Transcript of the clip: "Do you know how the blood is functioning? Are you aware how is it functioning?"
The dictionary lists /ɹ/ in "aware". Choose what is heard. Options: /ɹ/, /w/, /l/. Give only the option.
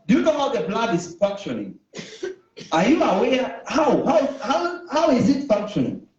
/w/